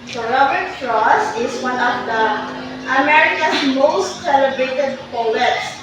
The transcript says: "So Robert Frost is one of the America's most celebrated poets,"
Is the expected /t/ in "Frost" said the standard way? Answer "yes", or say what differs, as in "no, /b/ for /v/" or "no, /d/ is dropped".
no, /t/ is dropped